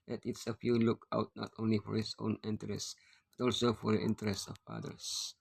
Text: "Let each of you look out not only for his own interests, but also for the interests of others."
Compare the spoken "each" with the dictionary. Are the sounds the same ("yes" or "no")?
no